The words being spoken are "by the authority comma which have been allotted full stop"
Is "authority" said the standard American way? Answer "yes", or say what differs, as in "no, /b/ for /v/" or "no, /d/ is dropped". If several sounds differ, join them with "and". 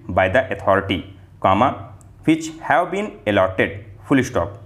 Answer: no, /t/ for /θ/